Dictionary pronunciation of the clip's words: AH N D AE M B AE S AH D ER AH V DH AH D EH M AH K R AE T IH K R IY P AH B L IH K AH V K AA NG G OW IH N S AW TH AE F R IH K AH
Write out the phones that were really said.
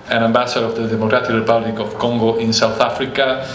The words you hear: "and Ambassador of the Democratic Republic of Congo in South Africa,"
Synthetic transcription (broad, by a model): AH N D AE M B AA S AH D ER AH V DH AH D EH M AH K R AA T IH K R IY P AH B L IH K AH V K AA NG G OW IH N S AW TH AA F R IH K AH